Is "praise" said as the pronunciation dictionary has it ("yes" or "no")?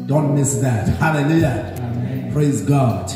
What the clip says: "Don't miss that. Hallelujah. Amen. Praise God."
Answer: yes